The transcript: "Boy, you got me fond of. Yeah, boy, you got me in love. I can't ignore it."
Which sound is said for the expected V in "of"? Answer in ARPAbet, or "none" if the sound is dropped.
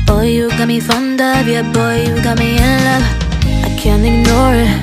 B